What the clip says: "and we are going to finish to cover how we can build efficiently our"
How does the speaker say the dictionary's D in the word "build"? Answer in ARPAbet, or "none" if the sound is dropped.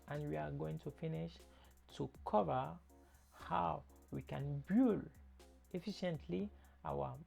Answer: none